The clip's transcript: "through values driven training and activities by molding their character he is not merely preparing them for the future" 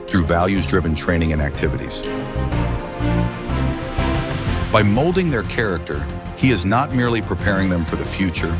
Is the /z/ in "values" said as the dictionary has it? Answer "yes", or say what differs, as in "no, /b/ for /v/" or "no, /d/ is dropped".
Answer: yes